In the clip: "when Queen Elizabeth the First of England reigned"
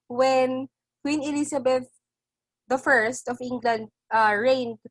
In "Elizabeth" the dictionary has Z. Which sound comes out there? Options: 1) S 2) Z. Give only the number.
1